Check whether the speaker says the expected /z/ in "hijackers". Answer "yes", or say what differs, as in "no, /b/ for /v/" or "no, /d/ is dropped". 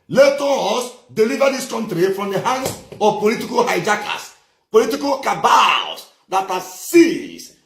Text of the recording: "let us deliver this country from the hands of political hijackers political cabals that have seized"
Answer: no, /s/ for /z/